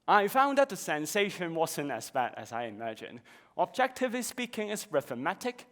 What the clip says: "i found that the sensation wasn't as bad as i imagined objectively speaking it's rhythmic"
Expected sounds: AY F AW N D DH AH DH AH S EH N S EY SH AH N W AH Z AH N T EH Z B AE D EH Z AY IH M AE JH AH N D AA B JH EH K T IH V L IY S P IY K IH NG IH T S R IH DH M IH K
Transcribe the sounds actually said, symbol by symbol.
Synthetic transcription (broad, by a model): AY F AW N D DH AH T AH S EH N S EY SH AH N W AH Z AH N T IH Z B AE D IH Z AY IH M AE JH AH N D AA B JH EH K T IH V IY S P IY K IH NG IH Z R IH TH M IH K